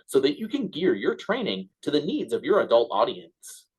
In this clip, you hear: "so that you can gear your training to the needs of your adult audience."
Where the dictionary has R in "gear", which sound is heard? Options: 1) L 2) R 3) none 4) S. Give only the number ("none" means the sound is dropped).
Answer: 2